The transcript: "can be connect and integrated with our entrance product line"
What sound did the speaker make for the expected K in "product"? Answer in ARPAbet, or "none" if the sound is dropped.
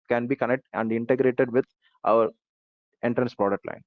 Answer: none